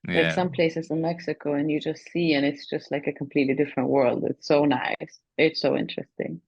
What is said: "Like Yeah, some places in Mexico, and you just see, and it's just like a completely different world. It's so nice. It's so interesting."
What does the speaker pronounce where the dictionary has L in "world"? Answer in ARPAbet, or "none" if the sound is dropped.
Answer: L